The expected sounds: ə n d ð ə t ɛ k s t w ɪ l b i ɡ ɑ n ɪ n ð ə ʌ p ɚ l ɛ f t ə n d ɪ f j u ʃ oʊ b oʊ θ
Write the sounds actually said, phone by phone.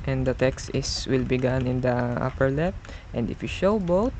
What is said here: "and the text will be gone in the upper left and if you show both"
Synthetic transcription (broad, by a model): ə n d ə t ɛ k s t w ɪ l b i ɡ ɑ n ɪ n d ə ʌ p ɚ l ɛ p t ə n d ɪ f j u ʃ oʊ b oʊ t